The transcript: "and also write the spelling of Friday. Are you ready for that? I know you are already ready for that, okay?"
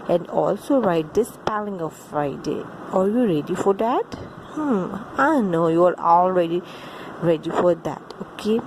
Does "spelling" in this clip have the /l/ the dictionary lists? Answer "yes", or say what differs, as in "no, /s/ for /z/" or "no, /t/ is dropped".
yes